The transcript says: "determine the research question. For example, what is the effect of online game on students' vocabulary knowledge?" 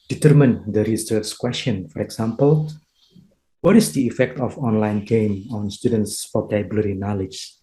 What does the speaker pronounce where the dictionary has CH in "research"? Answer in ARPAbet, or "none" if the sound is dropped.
S